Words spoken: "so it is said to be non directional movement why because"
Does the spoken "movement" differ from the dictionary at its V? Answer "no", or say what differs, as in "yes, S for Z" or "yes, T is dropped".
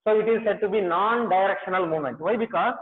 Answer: yes, V is dropped